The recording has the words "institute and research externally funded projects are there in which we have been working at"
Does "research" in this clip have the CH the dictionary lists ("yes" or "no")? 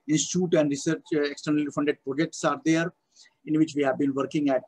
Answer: yes